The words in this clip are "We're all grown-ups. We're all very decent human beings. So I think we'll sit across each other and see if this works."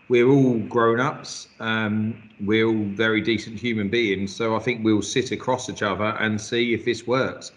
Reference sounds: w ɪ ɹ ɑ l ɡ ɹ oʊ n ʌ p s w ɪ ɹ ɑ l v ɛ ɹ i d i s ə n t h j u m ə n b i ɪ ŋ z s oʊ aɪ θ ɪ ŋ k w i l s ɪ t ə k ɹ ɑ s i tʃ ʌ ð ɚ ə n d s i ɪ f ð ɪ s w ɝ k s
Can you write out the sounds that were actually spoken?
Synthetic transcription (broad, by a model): w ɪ ɹ ɑ l ɡ ɹ oʊ n ʌ p s w ɪ ɹ ɑ l v ɛ ɹ i d i s ə n t h j u m ə n b i ɪ ŋ z s oʊ aɪ θ ɪ ŋ k w i l s ɪ t ə k ɹ ɑ s i tʃ ʌ ð ɚ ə n s i ɪ f ð ɪ s w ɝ k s